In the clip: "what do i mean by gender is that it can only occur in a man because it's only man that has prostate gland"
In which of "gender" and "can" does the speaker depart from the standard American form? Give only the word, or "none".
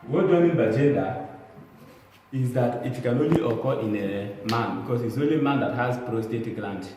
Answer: gender